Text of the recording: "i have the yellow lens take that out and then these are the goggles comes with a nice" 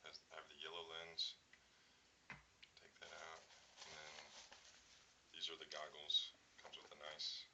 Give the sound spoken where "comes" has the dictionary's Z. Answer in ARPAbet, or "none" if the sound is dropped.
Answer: Z